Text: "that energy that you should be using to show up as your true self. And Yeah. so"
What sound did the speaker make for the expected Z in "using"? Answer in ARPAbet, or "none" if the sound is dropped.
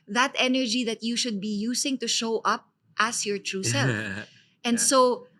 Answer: S